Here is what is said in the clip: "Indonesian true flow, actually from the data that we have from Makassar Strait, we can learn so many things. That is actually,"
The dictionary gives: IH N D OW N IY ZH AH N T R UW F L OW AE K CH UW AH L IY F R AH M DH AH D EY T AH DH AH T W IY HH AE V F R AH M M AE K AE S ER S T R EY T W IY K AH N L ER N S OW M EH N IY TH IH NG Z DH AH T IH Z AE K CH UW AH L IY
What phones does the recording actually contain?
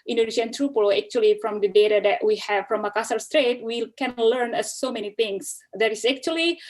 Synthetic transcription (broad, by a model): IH N D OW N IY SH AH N T R UW P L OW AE K CH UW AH L IY F R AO M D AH D EY T AH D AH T W IY HH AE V F R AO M M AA K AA S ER S T R EY T W IY K AH N L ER N S OW M EH N IY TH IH NG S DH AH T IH S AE K CH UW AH L IY